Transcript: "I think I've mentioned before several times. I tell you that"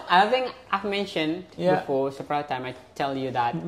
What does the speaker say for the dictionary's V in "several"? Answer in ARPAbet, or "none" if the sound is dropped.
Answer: P